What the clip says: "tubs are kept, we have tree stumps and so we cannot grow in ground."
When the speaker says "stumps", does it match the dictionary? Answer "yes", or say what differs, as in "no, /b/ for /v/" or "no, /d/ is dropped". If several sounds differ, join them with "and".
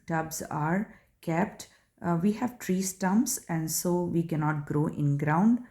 no, /p/ is dropped